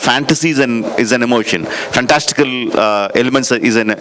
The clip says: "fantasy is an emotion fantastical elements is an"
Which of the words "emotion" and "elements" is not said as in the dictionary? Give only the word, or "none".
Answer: none